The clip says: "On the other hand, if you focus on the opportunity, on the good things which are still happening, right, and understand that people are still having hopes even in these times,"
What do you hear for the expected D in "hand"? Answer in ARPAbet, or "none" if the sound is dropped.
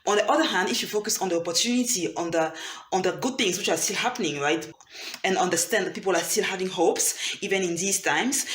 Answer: D